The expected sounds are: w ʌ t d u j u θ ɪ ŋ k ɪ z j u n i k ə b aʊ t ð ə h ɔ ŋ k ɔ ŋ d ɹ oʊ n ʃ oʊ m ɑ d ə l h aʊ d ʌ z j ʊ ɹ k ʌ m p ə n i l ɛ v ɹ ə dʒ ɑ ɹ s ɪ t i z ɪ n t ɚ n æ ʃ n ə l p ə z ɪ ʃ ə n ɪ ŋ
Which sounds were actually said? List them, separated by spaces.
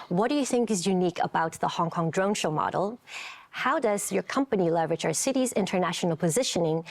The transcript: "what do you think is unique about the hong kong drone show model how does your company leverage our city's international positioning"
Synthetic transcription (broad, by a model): w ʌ t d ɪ j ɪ θ ɪ ŋ k ɪ z j u n i k ə b aʊ t ð ə h ɔ ŋ k ɔ ŋ d ɹ oʊ n ʃ oʊ m ɑ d l h aʊ d ʌ z j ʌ ɹ k ʌ m p ə n i l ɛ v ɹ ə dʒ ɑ ɹ s ɪ t i z ɪ n t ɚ n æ ʃ n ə l p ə z ɪ ʃ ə n ɪ ŋ